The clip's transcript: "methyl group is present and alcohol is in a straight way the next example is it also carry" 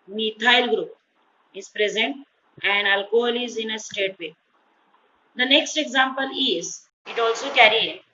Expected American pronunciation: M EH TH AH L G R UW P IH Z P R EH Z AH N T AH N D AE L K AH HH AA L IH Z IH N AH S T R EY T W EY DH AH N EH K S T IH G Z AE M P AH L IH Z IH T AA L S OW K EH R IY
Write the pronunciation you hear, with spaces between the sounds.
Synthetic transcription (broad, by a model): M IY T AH L G R UW P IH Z P R EH Z AH N T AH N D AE L K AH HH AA L IH Z IH N AH S T EY T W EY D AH N EH K S T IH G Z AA M P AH L IH Z IH T AA L S OW K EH R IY